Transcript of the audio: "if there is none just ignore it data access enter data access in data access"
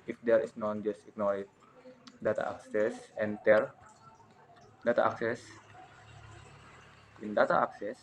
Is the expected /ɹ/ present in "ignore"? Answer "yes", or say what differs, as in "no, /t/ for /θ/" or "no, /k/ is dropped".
no, /l/ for /ɹ/